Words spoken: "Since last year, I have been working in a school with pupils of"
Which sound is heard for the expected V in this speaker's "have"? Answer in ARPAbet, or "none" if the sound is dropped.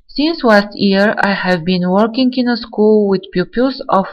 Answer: V